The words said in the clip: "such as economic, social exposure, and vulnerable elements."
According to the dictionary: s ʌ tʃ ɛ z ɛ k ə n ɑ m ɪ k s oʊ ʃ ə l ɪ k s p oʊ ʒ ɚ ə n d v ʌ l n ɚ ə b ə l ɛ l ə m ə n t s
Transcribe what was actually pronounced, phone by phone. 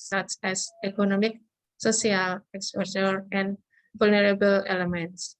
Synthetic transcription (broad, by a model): s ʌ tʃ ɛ s ɛ k ə n ɑ m ɪ k s oʊ s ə l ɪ k s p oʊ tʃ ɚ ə n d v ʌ l n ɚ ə b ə l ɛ l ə m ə n t s